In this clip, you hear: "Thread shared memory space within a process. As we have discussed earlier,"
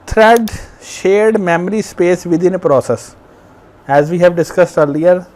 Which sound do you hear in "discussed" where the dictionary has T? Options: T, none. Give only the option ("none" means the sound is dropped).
T